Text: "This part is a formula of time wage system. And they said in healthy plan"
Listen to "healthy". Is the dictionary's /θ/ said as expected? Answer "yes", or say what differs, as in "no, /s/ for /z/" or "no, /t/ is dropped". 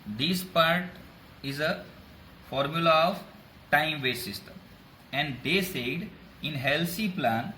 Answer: no, /s/ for /θ/